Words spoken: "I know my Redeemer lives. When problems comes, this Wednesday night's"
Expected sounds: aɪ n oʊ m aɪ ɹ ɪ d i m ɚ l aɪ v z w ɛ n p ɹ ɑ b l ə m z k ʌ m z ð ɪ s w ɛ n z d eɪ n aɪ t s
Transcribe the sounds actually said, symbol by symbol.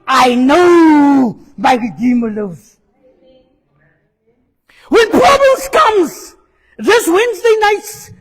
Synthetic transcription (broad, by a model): aɪ n oʊ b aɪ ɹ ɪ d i m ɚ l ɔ z w ɛ n p ɹ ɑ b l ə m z k ʌ m z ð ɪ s w ɛ n z d eɪ n aɪ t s